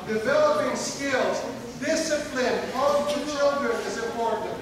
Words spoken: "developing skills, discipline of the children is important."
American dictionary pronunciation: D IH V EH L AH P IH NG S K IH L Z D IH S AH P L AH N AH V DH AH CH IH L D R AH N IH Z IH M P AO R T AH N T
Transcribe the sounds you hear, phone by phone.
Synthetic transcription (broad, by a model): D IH V EH L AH P IH NG S K IH L Z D IH S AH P L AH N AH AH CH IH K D AH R IH Z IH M P AO R T N T